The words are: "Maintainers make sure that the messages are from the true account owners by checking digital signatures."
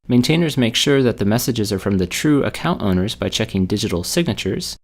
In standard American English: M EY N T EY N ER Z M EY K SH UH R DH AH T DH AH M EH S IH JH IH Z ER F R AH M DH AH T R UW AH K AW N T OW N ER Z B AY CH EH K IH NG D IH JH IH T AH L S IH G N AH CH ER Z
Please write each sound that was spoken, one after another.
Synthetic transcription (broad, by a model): M EY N T EY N ER Z M EY K SH UH R DH AH T DH AH M EH S IH JH IH Z ER F R AH M DH AH T R UW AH K AW N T OW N ER Z B AY CH EH K IH NG D IH JH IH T L S IH G N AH CH ER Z